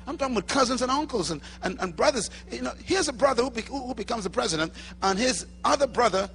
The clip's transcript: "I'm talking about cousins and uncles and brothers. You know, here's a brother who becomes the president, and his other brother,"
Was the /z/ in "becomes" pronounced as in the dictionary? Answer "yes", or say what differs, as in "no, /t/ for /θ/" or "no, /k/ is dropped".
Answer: yes